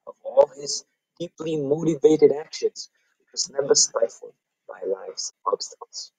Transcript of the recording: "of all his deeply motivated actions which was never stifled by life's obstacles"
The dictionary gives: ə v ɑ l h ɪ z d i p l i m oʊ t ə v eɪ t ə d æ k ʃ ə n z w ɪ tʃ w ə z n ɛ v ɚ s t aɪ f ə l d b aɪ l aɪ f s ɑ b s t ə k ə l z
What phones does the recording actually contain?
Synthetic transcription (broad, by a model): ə v ɑ l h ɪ z d i p l i m oʊ t ə v eɪ t ə d æ k ʃ ə n z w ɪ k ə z n ɛ v ɚ s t aɪ f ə l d b aɪ l aɪ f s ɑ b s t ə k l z